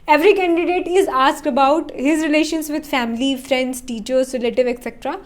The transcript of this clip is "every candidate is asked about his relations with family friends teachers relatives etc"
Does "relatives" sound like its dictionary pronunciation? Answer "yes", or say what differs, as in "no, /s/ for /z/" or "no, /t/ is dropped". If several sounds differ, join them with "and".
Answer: no, /z/ is dropped